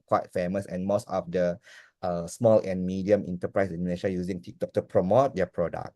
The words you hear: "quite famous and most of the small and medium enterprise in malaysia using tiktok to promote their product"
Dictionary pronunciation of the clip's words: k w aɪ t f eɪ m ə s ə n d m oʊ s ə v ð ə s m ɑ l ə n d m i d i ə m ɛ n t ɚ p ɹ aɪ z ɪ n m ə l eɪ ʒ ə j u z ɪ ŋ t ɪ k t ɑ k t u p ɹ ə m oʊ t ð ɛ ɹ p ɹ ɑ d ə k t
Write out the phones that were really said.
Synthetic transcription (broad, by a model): k w aɪ t f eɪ m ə s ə n m oʊ s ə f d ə s m ɑ l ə n m i d i ə m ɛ n t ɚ p ɹ aɪ s ɪ n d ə n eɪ ʃ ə j u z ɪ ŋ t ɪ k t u t u p ɹ ə m oʊ t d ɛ p ɹ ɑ d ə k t